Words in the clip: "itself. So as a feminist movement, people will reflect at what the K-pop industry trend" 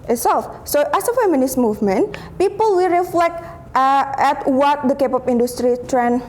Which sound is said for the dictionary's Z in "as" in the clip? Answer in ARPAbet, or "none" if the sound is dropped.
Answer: S